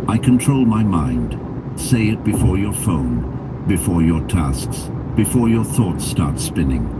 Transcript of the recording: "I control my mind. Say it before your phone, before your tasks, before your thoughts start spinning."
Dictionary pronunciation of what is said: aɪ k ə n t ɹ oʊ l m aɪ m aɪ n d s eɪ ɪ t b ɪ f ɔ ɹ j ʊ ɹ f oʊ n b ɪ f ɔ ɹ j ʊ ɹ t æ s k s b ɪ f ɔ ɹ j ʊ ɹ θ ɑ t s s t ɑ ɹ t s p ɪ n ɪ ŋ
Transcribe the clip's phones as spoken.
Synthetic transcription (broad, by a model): aɪ k ə n t ɹ oʊ l m aɪ m aɪ n d s eɪ ɪ t b ɪ f ɔ ɹ j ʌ ɹ f oʊ n b ɪ f ɔ ɹ j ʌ ɹ t æ s k s b ɪ f ɔ ɹ j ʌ ɹ θ ɑ t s s t ɑ ɹ t s p ɪ n ɪ ŋ